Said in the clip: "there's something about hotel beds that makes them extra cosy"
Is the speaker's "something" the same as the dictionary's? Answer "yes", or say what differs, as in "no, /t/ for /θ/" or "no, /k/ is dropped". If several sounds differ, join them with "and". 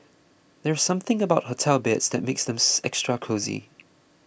yes